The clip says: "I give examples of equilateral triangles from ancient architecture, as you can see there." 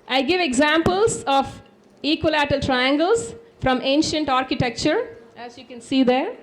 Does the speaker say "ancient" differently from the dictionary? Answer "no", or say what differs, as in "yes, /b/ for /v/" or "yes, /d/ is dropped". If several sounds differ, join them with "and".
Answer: no